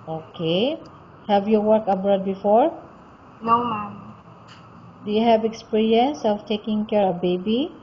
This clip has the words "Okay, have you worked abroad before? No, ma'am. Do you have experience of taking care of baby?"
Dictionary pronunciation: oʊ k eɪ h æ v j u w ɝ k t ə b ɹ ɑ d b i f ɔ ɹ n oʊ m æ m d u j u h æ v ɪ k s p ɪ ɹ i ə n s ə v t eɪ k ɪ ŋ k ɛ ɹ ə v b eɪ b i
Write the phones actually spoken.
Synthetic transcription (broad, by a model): oʊ k eɪ h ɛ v j u w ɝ k ə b ɹ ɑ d b i f ɔ ɹ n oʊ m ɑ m d u j u h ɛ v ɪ k s p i ɹ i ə n s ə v t eɪ k ɪ ŋ k ɛ ɹ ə b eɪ b i